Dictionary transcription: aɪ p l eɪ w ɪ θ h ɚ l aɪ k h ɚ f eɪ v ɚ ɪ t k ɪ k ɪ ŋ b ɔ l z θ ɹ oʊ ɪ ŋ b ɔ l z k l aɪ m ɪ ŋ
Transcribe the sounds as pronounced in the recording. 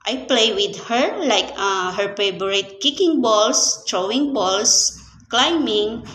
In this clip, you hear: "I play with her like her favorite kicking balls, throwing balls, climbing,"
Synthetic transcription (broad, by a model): aɪ p l eɪ w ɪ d h ɚ l aɪ k h ɚ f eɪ b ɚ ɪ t k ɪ k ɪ ŋ b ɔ l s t ɹ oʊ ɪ ŋ b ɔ l s k l aɪ m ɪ ŋ